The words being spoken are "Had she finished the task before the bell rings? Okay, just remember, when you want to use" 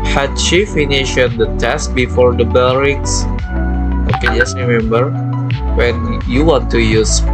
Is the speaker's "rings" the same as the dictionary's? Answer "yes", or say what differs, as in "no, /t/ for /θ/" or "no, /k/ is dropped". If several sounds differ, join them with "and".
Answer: no, /s/ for /z/